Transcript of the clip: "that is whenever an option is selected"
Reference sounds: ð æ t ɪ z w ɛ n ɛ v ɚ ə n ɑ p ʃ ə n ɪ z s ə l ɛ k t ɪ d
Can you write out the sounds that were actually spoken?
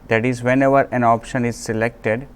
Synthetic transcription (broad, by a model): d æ t ɪ z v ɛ n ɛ v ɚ ə n ɑ p ʃ ə n ɪ z s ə l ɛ k t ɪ d